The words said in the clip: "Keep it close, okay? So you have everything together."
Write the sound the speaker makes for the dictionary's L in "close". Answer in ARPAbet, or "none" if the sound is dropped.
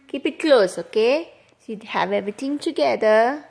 L